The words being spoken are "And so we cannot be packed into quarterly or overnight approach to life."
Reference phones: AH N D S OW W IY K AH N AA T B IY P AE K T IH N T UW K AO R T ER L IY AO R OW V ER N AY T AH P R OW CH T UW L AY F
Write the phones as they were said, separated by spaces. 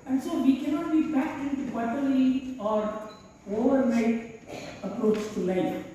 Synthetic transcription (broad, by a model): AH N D S OW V IY K AH N AA T B IY B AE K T IH N T UW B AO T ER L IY AO R OW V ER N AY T AH P R OW CH T UW L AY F